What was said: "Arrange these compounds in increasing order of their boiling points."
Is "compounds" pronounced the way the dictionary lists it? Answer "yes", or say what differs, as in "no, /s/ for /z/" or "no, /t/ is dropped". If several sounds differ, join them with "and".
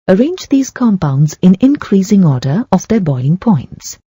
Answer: yes